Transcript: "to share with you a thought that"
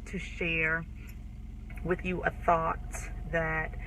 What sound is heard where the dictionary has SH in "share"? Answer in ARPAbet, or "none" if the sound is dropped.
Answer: SH